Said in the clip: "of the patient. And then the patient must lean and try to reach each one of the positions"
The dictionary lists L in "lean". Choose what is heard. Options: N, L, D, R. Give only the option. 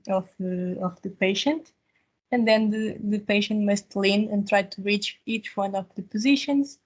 L